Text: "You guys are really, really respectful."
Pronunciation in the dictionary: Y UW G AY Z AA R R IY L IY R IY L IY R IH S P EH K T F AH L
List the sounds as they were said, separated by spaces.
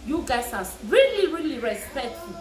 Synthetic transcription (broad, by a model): Y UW G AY S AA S R IY L IY R IY L IY R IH S P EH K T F